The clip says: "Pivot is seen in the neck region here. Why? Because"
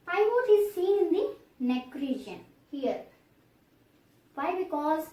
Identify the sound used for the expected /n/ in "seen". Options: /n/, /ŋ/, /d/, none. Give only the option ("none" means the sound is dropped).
none